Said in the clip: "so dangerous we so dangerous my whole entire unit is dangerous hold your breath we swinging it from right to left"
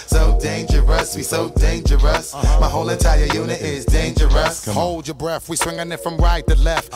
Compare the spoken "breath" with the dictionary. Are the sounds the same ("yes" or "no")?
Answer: yes